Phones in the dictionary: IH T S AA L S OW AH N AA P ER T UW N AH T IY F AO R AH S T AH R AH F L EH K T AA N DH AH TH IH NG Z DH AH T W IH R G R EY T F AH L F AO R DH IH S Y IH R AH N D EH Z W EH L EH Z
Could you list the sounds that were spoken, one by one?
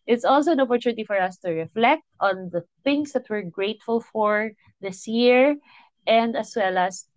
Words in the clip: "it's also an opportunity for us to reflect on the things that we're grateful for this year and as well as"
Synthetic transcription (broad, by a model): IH T S AA L S OW AH N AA P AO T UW N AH T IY F AO R AH S T AH R AH F L EH K T AA N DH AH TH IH NG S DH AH T W IH R G R EY T F AH L F AO R DH IH S Y IH R AH N D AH S W EH L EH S